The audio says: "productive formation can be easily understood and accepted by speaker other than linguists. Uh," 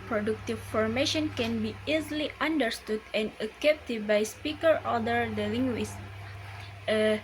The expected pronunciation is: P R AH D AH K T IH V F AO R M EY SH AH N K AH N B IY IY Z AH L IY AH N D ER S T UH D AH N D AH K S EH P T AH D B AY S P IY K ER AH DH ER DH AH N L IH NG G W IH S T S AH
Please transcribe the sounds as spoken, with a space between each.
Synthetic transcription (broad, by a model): P R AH D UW K T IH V F AO R M EY SH AH N K AH N B IY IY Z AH L IY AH N D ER S T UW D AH N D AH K EH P T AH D B AY S P IY K ER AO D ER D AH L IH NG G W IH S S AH